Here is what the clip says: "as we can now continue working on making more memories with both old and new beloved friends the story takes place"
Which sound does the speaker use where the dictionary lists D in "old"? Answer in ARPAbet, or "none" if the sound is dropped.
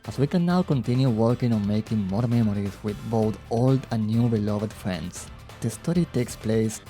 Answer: D